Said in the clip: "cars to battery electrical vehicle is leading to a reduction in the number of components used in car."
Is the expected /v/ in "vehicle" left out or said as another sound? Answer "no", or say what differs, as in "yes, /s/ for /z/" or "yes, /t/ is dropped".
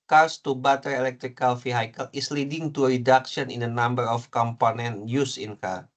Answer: yes, /f/ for /v/